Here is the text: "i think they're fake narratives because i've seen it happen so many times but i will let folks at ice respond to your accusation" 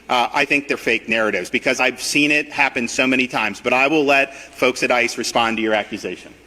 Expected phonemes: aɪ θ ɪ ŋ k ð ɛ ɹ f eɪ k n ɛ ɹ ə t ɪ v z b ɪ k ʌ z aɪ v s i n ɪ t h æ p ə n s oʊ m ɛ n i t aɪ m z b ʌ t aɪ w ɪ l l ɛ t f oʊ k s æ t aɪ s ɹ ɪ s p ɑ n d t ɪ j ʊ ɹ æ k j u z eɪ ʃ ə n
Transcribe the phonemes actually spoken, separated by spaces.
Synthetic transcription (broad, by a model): aɪ θ ɪ ŋ k ð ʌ ɹ f eɪ k n ɛ ɹ ə t ɪ v z b ɪ k ʌ z aɪ v s i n ɪ t h æ p ə n s oʊ m ɛ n i t aɪ m z b ʌ t aɪ w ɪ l l ɛ t f oʊ k s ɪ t aɪ s ɹ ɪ s p ɑ n t ɪ j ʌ ɹ æ k j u z eɪ ʃ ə n